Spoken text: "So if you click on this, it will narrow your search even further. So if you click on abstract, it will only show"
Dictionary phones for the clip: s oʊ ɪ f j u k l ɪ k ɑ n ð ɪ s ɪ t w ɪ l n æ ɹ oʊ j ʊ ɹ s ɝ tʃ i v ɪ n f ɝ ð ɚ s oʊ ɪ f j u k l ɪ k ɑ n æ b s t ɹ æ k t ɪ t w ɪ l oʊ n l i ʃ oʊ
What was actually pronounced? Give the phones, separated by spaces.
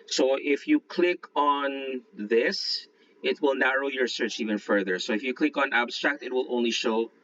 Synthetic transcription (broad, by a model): s oʊ ɪ f j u k l ɪ k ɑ n ð ɪ s ɪ t w ɪ l n æ ɹ oʊ j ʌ ɹ s ɝ tʃ i v ɪ n f ɝ ð ɚ s oʊ ɪ f j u k l ɪ k ɑ n æ b s t ɹ æ k t ɪ t w ɪ l oʊ n l i ʃ oʊ